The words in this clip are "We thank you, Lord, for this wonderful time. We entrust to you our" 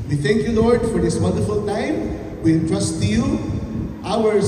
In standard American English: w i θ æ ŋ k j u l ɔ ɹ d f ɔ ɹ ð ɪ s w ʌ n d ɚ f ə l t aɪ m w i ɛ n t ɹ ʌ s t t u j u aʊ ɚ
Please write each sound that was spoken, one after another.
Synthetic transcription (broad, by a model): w i t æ ŋ k j u l ɔ ɹ d f ɔ ɹ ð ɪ s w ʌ n d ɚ f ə l t aɪ m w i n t ɹ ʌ s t t u j u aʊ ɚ